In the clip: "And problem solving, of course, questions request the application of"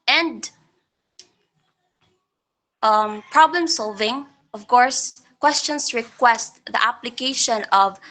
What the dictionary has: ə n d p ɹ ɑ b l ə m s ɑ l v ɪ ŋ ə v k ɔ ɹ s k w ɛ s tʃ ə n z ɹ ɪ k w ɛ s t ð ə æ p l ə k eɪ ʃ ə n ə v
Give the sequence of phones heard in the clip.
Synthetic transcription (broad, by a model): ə n d p ɹ ɑ b l ə m s ɑ l v ɪ ŋ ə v k ɔ ɹ s k w ɛ s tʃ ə n s ɹ ɪ k w ɛ s t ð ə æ p l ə k eɪ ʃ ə n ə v